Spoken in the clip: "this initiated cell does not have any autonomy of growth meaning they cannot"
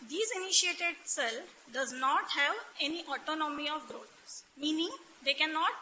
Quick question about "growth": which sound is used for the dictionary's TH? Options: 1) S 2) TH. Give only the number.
1